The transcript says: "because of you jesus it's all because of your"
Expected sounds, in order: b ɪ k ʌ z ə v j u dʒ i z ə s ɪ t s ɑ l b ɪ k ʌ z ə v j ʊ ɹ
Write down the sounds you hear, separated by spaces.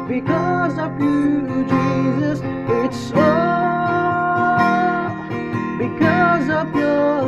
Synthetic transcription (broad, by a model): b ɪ k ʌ z ə v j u dʒ i z ə s ɪ t s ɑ b ɪ k ʌ z ə v j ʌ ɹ